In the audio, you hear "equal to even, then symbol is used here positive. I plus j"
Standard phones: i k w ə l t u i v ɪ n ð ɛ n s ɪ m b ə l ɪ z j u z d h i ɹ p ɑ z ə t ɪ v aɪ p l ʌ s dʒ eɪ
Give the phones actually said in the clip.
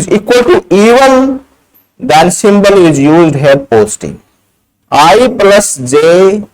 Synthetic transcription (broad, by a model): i k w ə l t u i v ɪ n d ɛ n s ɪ m b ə l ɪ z j u z d h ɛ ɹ p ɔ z t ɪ aɪ p l ʌ s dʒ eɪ